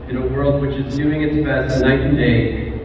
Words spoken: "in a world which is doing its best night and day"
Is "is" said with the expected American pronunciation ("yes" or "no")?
yes